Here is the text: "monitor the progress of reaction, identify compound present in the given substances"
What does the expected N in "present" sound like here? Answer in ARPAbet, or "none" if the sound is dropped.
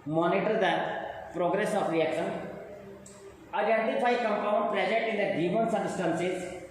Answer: none